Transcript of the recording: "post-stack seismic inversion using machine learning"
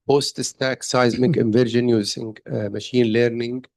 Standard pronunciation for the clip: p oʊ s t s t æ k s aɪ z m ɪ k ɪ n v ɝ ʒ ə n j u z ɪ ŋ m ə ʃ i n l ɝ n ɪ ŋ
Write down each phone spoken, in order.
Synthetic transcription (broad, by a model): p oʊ s t s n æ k s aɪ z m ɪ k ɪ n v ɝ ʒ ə n j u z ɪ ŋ m ə ʃ i n l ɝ n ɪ ŋ